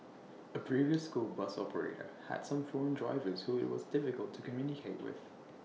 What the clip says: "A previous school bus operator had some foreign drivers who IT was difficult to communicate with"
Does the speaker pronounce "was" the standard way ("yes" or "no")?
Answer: yes